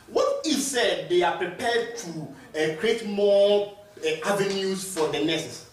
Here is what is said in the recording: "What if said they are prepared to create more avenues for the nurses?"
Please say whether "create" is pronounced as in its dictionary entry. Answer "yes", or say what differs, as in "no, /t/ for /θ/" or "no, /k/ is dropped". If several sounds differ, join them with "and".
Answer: yes